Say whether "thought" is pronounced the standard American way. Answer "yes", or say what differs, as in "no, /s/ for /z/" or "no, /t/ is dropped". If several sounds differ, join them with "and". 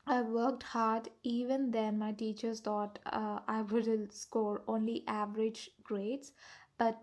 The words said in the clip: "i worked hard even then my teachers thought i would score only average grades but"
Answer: no, /t/ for /θ/